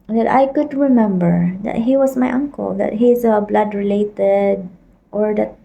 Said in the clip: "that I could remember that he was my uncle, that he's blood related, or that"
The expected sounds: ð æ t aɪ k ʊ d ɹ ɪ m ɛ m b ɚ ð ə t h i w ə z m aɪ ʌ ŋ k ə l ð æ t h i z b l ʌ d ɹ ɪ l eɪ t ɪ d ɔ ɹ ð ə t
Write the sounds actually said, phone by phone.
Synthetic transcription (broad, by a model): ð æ t aɪ k ʊ d ɹ ɪ m ɛ m b ɚ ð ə t h i w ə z m aɪ ʌ ŋ k ə l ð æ t h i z b l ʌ d ɹ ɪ l eɪ t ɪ d ɔ ɹ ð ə t